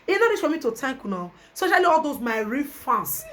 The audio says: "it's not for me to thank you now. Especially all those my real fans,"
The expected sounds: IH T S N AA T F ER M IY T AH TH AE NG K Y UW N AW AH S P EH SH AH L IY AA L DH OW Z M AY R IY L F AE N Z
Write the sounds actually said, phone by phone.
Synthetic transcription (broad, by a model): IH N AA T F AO M IY T AH T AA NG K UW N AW AH S P EH SH AH L IY AA L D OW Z M AY R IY F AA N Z